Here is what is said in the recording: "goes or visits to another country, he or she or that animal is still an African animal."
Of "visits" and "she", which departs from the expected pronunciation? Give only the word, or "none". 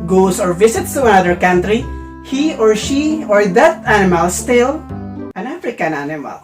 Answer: visits